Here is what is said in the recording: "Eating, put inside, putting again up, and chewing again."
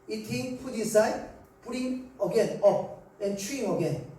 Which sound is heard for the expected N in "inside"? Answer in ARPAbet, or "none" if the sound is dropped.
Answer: none